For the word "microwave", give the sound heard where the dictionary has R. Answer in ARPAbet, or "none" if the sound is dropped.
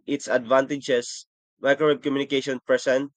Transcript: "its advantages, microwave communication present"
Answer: none